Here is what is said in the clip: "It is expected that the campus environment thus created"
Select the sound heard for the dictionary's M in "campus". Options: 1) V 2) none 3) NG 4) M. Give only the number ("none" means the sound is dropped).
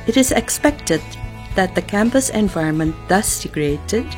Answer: 4